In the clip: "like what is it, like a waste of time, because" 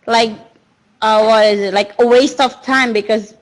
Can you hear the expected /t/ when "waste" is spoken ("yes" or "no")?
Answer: yes